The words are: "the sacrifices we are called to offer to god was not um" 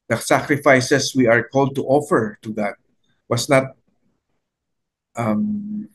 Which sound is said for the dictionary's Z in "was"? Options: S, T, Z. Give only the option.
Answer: S